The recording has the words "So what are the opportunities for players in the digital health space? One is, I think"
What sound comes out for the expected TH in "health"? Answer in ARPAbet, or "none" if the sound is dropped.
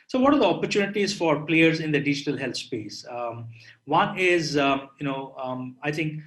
T